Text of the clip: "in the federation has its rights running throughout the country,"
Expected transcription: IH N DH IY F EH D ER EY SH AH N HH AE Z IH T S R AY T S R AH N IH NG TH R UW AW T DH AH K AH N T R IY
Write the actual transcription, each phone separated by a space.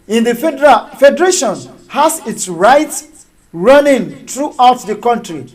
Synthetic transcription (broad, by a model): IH N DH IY F EH D ER EY SH AH N HH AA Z IH T S R AY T R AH N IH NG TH R UW AW T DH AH K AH N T R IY